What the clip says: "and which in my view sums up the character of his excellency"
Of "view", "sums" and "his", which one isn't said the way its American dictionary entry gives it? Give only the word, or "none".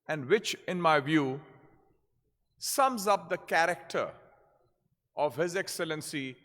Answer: none